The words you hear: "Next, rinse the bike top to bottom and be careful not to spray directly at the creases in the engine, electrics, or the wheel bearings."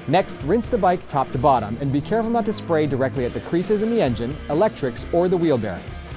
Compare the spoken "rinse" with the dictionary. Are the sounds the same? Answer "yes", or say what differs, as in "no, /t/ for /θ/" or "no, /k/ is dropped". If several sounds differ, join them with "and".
yes